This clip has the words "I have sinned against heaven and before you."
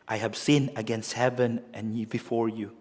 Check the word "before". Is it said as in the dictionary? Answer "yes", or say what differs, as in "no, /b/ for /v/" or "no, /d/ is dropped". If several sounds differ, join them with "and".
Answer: yes